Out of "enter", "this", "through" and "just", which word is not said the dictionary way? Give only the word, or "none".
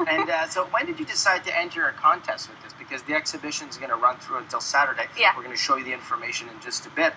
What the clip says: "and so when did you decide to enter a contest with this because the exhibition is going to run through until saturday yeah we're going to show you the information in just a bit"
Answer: none